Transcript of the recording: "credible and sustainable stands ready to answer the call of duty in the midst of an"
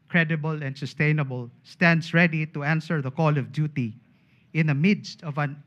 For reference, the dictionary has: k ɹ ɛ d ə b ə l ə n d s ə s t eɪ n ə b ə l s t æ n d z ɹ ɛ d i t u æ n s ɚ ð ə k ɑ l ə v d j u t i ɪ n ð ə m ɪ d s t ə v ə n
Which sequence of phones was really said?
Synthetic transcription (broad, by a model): k ɹ ɛ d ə b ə l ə n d s ə s t eɪ n ə b ə l s t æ n d s ɹ ɛ d i t u æ n s ɚ ð ə k ɑ l ə v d j u t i ɪ n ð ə m ɪ d s t ə v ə n